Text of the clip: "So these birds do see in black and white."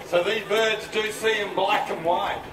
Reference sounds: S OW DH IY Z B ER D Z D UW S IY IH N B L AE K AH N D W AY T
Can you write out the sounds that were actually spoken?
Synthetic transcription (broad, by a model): S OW DH IY Z B ER D Z D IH S IY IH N B L AE K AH N W AY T